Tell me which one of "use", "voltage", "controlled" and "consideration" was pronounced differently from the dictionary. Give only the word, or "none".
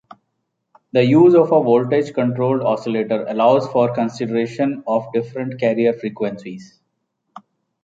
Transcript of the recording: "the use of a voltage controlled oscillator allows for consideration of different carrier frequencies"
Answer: none